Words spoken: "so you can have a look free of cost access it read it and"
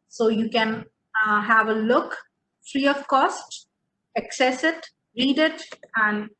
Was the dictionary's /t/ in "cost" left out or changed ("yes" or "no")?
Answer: no